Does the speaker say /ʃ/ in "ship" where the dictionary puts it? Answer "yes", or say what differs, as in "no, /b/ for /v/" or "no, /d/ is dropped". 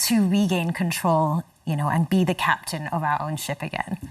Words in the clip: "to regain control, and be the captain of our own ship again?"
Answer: yes